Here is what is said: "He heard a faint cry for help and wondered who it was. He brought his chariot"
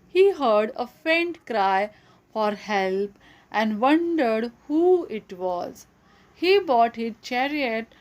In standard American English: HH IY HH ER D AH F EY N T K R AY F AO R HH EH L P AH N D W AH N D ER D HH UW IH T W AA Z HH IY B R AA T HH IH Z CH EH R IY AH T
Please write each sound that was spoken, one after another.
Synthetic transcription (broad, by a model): HH IY HH ER D AH F EY N T K R AY F AO R HH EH L P AH N D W AH N D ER D HH UW IH T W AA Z HH IY B AA T HH IH Z CH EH R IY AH T